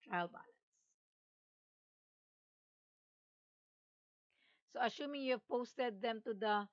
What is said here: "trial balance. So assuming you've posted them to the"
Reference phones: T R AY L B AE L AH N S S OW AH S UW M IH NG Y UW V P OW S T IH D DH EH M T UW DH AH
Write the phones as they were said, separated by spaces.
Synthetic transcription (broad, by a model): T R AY L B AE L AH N S S OW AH SH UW M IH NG Y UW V P OW S T IH D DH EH M T UW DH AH